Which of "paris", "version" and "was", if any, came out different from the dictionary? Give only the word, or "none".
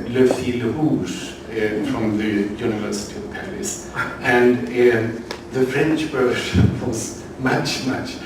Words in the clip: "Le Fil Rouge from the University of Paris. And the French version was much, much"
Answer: version